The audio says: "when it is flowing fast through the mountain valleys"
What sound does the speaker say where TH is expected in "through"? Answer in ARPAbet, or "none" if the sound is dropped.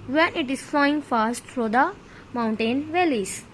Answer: F